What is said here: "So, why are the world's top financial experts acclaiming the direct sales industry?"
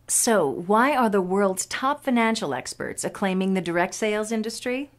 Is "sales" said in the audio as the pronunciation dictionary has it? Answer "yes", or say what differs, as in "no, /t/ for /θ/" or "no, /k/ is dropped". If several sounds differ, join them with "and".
yes